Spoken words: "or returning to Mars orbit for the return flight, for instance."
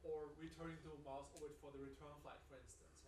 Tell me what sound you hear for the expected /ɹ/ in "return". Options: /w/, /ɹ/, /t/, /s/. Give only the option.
/ɹ/